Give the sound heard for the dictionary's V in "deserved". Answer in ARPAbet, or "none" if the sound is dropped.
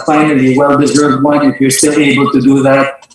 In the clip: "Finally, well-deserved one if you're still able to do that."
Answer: V